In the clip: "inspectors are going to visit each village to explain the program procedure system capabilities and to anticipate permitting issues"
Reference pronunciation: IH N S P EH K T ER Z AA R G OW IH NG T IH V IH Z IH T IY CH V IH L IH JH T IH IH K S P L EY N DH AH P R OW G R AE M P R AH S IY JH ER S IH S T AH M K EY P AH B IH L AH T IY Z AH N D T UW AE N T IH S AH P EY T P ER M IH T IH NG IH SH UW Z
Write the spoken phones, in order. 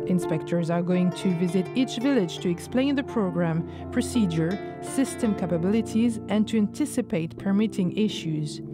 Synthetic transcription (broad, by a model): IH N S P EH K T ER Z AA R G OW IH NG T IH V IH Z IH T IY CH V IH L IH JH T IH IH K S P L EY N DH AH P R OW G R AE M P R AH S IY JH ER S IH S T AH M K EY P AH B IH L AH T IY Z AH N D T UW AE N T IH S AH P EY T P ER M IH T IH NG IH SH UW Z